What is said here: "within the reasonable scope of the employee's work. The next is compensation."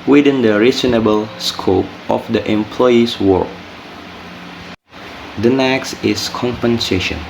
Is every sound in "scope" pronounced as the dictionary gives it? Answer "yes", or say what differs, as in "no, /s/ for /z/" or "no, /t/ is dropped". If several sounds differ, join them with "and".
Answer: yes